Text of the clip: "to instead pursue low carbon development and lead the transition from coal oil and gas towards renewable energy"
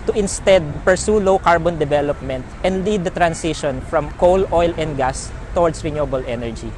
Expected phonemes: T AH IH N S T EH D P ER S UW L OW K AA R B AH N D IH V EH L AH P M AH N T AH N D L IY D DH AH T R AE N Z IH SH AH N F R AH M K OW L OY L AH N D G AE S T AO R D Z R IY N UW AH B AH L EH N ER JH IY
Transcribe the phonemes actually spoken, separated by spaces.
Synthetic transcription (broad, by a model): T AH IH N S T EH D P ER S UW L OW K AA R B AH N D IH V EH L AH P M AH N T AH N D L IY D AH T R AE N S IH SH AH N F R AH M K OW L OY L AH N D G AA S T AO R D S R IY N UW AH B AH L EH N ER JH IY